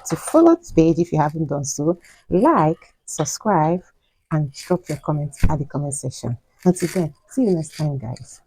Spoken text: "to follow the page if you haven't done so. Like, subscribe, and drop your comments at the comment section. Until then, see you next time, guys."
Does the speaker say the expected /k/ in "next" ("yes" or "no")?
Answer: no